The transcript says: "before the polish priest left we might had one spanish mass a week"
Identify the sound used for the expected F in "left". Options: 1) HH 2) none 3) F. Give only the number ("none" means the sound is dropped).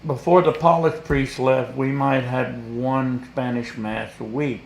3